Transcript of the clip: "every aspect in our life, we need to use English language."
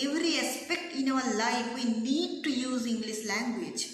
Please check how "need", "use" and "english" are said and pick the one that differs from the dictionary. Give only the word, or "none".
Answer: english